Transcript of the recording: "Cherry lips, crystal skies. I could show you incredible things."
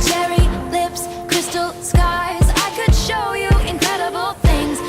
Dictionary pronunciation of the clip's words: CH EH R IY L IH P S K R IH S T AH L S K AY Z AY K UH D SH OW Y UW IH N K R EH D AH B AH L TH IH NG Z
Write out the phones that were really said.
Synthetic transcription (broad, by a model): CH EH R IY L IH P S K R IH S T L S K AY Z AY K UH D SH OW Y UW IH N K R EH D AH B L TH IH NG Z